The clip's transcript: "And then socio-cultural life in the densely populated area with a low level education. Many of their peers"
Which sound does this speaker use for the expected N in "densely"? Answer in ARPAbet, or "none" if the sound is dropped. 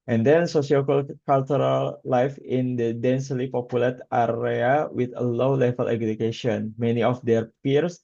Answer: N